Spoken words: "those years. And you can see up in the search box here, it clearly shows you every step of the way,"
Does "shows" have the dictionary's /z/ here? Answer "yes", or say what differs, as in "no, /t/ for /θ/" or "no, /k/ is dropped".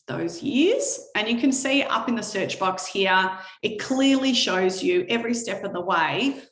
yes